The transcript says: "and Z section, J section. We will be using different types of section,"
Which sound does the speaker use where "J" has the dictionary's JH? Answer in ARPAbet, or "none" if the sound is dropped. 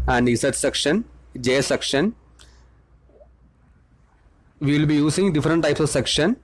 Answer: JH